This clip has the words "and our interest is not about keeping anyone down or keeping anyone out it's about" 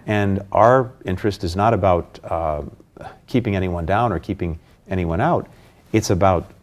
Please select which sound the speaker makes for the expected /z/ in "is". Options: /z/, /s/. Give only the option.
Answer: /z/